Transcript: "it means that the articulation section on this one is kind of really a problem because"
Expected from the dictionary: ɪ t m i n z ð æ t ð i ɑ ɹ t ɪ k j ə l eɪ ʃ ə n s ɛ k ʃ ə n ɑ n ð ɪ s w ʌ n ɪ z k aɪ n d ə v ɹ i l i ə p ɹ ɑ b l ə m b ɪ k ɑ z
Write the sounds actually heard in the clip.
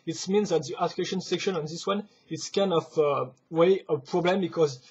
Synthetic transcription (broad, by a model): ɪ t m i n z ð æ t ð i t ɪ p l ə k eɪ ʃ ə n s ɛ k ʃ ə n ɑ n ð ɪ s w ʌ n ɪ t k aɪ n d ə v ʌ w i ə p ɹ ɑ b l ə m b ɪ k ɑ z